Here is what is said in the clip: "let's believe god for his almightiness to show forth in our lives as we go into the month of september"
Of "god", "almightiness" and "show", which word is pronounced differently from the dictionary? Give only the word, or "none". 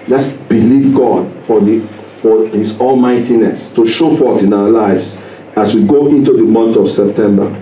none